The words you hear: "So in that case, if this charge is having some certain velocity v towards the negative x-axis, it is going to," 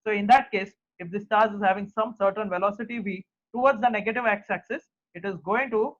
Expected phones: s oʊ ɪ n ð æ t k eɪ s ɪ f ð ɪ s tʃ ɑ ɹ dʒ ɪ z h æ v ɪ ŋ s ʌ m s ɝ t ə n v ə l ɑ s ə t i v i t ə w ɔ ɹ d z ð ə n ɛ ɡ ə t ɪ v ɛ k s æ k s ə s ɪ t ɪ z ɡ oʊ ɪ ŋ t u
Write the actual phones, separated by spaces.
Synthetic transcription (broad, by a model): s oʊ ɪ n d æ t k eɪ s ɪ f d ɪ s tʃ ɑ ɹ z ɪ z h æ v ɪ ŋ s ʌ m s ɝ t ə n v ə l ɑ s ə t i v i t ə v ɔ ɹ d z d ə n ɛ ɡ ə t ɪ v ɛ k s æ k s ə s ɪ t ɪ z ɡ oʊ ɪ ŋ t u